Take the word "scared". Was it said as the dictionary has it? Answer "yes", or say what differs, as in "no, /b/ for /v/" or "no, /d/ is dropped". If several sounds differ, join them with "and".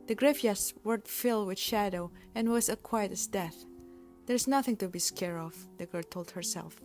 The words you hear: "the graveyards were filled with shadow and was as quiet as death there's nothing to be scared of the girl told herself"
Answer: no, /d/ is dropped